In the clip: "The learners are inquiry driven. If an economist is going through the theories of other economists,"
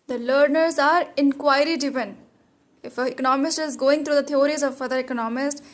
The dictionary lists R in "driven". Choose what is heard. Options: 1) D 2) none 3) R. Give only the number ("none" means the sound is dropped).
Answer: 2